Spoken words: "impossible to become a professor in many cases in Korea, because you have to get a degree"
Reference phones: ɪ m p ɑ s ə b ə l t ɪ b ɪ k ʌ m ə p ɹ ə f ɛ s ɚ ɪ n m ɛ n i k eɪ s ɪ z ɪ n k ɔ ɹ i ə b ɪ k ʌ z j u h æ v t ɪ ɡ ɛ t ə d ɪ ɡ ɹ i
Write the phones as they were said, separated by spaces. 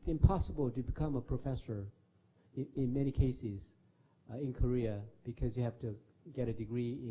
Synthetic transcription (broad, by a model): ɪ m p ɑ s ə b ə l t ɪ b ɪ k ʌ m ə p ɹ ə f ɛ s ɚ ɪ n m ɛ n i k eɪ s ɪ z ɪ n k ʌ ɹ i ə b ɪ k ʌ z j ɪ h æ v t ɪ ɡ ɛ t ə d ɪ ɡ ɹ i